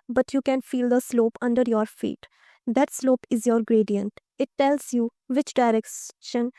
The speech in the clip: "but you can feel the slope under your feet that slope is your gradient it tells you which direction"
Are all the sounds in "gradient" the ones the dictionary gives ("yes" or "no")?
yes